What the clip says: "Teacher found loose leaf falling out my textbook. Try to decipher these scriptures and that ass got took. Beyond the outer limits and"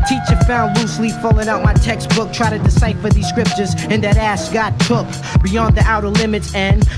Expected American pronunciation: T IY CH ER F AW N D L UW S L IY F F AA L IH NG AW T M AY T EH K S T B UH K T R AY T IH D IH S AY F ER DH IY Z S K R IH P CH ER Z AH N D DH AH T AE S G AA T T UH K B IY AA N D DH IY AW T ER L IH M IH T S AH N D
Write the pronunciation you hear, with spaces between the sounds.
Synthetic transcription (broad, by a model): T IY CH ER F AW N D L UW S L IY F F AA L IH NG AW T M AY T EH K S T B UH K T R AY T IH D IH S AY F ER DH IY Z S K R IH P CH ER Z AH N DH AH T AE S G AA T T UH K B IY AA N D DH IY AW T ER L IH M IH T S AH N